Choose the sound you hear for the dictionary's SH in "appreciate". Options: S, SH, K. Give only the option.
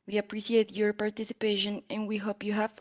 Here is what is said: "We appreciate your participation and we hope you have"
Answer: S